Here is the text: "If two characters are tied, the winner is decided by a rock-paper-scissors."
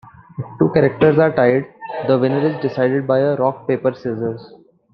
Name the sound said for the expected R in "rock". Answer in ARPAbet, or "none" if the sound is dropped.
R